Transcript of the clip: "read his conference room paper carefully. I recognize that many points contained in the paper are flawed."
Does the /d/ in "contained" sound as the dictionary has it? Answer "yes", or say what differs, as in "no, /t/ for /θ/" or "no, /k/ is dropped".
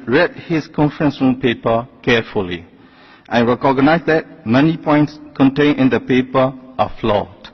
no, /d/ is dropped